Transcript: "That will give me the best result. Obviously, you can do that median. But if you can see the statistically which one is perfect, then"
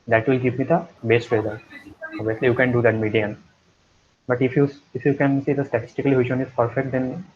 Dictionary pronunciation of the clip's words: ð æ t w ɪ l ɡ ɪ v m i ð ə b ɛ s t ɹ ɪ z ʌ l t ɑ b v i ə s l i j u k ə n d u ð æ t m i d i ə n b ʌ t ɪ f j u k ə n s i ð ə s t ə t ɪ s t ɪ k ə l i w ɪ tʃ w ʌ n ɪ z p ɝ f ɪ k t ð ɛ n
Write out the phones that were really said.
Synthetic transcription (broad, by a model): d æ t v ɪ l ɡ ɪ p m i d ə b ɛ s t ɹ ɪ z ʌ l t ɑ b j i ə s l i j u k ə n d u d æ t m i d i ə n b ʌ t ɪ f j u k ə n s i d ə s t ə t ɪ s t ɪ k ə l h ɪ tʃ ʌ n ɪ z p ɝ f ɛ k t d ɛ n